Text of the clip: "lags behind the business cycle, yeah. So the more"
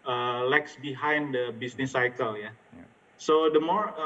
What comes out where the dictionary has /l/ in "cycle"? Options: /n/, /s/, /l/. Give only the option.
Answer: /l/